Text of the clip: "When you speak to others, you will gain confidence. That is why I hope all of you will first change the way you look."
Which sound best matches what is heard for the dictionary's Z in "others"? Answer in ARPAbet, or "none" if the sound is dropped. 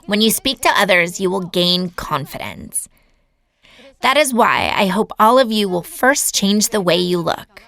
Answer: Z